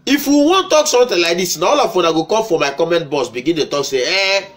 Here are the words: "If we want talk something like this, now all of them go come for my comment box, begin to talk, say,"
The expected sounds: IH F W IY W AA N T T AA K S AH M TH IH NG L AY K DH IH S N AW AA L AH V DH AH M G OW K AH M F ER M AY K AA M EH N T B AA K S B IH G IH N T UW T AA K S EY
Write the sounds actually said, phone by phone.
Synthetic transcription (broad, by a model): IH F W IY W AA N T T AA K S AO M T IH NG L AY K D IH S N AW AA L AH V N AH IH G OW K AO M F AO M AY K AA M EH N T B AA S B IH G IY N T UW T AA K S EY